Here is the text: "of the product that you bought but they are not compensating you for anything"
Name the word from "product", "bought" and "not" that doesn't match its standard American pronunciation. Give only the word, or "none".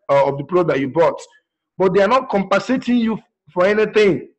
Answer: product